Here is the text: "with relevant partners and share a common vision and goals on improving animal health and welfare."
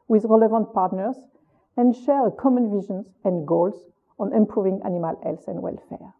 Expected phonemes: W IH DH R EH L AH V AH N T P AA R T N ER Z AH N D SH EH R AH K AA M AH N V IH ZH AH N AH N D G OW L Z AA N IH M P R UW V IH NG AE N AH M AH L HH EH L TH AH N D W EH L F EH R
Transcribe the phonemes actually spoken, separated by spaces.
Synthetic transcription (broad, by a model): W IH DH R EH L AH V AH N T P AA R T N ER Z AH N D SH EH R AH K AA M AH N V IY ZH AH N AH N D G OW L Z AA N IH M P R UW V IH NG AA N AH M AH L EH L S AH N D W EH L F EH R